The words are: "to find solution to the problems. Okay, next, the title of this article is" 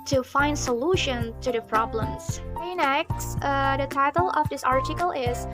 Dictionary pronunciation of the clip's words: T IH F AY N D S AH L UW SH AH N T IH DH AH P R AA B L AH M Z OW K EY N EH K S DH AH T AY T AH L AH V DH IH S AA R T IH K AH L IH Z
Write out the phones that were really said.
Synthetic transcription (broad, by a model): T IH F AY N D S AH L UW SH AH N T IH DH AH P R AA B L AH M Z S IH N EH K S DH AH T AY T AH L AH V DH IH S AA R T IH K AH L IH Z